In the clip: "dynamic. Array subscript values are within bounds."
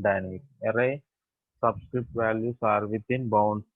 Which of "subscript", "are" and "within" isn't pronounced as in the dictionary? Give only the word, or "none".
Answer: within